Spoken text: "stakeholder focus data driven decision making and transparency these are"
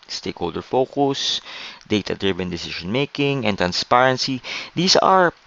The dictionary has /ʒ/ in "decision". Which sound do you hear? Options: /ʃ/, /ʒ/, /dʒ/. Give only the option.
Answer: /ʃ/